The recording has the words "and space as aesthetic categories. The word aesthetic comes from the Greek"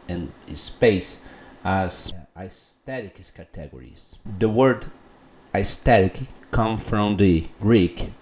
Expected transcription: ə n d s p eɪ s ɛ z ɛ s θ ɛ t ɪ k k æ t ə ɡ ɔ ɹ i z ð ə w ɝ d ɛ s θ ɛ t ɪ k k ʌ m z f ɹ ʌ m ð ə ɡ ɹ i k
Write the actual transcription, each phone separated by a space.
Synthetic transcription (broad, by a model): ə n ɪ s p eɪ s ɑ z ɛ s t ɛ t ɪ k k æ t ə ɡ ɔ ɹ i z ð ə w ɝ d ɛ s t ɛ t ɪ k k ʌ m f ɹ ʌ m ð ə ɡ ɹ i k